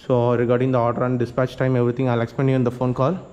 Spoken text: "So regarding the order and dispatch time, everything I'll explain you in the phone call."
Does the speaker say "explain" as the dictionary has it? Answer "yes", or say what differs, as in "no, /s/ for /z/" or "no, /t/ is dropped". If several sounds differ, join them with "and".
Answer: no, /l/ is dropped